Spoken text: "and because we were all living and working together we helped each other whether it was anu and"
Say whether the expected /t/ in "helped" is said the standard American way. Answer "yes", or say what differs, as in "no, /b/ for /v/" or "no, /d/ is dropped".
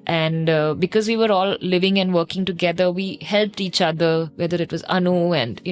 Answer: yes